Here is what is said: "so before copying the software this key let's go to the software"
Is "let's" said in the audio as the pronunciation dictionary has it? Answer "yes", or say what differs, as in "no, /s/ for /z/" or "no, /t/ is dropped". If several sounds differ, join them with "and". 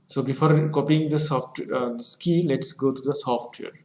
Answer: yes